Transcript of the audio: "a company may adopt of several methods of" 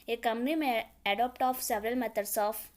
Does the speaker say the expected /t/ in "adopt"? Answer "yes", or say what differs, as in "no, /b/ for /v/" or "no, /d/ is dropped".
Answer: yes